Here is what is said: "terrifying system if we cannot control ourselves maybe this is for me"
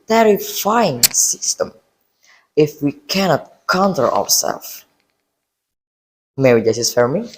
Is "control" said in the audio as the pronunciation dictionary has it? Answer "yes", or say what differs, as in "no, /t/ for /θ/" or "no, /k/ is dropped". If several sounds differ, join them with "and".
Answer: no, /l/ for /ɹ/ and /w/ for /l/